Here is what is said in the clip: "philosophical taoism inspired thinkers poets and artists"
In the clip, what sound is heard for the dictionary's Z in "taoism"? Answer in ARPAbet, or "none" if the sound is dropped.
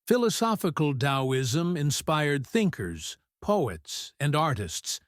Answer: Z